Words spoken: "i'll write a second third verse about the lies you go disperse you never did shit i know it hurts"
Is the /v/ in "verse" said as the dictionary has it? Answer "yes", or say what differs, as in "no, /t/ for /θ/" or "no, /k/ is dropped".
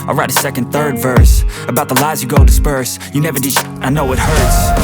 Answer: yes